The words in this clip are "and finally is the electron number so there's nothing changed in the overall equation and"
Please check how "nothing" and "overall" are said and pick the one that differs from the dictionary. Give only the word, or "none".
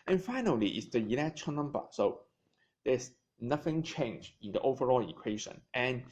none